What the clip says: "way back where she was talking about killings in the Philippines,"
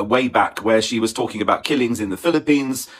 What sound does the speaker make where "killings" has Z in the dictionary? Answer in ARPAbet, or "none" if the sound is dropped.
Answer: Z